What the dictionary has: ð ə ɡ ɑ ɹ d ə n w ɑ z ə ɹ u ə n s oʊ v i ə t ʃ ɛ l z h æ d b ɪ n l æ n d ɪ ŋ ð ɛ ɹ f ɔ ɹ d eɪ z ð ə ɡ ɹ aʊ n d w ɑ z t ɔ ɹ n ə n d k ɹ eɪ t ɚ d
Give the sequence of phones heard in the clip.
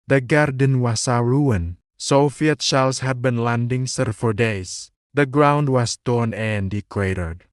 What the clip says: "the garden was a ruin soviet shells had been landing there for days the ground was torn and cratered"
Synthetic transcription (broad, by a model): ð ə ɡ ɑ ɹ d ə n w ɑ s ə ɹ u ə n s oʊ f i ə t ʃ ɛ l s h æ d b ɪ n l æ n d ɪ ŋ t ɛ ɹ f ɔ ɹ d eɪ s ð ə ɡ ɹ aʊ n d w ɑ s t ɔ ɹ n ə n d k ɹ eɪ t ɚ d